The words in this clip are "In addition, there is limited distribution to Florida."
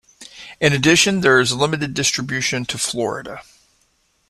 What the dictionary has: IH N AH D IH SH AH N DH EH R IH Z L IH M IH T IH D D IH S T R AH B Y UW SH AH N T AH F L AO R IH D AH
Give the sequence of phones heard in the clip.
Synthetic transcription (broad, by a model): IH N AH D IH SH AH N DH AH R IH Z L IH M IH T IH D D IH S T R AH B Y UW SH AH N T AH F L AO R IH D AH